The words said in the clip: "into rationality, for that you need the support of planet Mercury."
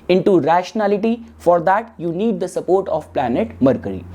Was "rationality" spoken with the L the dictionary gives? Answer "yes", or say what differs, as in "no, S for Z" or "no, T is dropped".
yes